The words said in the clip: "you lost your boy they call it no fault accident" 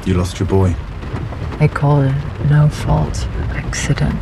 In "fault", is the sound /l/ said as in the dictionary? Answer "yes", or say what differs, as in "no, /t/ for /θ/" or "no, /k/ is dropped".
yes